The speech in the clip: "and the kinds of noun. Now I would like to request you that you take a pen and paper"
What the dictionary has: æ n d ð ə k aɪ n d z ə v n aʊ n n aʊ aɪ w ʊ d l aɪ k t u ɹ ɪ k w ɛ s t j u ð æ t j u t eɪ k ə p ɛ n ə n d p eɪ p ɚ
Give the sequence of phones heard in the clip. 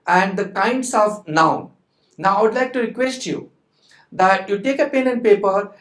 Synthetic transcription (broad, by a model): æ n d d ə k aɪ n d s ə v n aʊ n n aʊ aɪ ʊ d l aɪ k t u ɹ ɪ k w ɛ s t j u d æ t j u t eɪ k ə p ɛ n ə n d p eɪ p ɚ